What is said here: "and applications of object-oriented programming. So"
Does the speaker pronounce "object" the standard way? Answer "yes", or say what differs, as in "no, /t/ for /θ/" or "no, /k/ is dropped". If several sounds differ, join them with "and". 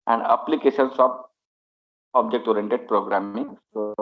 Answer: yes